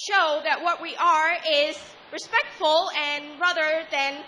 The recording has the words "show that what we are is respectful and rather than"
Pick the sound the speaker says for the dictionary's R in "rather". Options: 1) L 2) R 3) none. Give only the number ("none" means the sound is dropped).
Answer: 2